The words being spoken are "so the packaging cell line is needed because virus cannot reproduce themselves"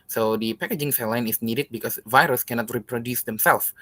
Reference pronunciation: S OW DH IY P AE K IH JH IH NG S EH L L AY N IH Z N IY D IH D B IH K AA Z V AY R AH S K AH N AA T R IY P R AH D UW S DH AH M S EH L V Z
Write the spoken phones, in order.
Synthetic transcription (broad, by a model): S OW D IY P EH K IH JH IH NG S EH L L AY N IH S N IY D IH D B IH K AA S V AY R AH S K AH N AA T R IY P R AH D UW S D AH M S EH L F